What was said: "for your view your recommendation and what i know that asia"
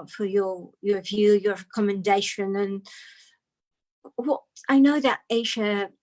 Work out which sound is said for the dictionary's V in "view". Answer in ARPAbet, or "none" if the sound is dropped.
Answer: V